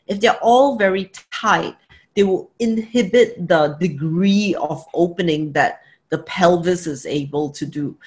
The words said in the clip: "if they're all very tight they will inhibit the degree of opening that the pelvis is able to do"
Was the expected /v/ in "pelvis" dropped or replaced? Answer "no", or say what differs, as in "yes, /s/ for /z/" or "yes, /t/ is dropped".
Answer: no